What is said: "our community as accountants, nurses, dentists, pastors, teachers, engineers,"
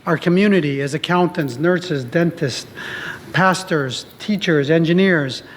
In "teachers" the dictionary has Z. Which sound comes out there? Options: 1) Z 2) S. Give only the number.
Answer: 1